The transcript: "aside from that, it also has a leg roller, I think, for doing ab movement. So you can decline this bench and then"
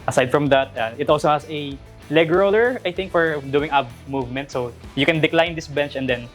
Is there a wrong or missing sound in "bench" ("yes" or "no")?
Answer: no